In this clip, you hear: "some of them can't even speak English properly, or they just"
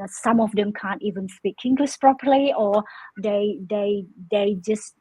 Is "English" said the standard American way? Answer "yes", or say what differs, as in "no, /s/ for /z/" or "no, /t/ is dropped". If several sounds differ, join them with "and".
no, /s/ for /ʃ/